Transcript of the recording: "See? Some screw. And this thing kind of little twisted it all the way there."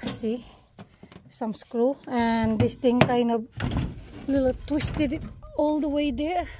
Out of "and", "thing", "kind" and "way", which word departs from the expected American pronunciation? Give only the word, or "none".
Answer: thing